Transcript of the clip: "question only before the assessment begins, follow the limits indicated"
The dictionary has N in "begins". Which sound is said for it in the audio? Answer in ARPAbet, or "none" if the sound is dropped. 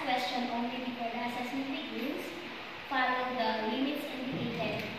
none